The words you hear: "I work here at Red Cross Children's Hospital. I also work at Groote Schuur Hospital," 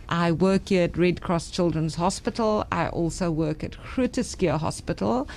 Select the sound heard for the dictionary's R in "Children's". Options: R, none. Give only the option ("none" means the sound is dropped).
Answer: R